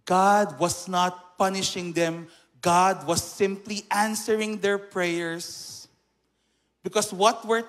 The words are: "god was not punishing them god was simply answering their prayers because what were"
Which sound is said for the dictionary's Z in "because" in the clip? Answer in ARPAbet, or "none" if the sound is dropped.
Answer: S